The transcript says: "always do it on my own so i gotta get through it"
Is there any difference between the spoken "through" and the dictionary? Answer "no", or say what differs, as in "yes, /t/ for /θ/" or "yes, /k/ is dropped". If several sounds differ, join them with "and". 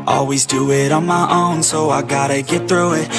no